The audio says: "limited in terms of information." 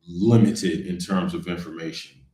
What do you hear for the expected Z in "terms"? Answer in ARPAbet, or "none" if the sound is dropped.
Z